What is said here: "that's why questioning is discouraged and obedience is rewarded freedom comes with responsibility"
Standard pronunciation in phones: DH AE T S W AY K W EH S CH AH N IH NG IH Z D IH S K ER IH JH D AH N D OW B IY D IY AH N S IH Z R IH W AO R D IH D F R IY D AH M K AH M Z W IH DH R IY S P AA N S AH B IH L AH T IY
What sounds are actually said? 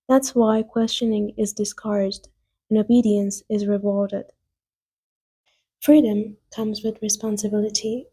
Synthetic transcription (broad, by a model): DH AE T S W AY K W EH S CH AH N IH NG IH Z D IH S K ER IH JH D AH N OW B IY D IY AH N S IH Z R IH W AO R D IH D F R IY D AH M K AH M Z W IH DH R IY S P AA N S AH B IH L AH T IY